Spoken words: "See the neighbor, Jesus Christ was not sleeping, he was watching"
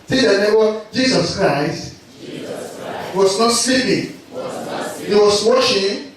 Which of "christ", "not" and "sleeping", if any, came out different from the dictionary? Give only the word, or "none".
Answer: sleeping